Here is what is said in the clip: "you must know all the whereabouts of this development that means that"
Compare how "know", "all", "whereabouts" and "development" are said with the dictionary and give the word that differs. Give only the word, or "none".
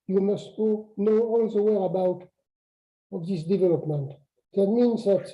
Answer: whereabouts